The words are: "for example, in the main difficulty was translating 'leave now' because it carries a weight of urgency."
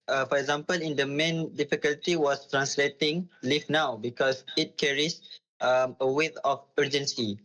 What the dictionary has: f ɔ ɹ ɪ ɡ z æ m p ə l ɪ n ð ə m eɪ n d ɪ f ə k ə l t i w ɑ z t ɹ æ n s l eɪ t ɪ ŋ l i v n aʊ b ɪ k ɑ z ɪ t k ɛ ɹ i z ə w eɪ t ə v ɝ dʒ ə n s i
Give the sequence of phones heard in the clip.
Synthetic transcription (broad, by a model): f ɔ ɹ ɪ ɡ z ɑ m p ə l ɪ n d ə m eɪ n d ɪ f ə k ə l t i w ɑ s t ɹ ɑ n s l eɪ t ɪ ŋ l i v n aʊ b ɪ k ɑ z ɪ t k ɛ ɹ i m ə w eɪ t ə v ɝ dʒ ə n s i